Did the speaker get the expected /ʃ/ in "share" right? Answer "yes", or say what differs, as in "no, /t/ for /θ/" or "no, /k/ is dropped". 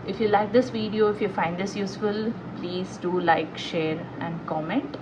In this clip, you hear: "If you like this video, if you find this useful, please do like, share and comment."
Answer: yes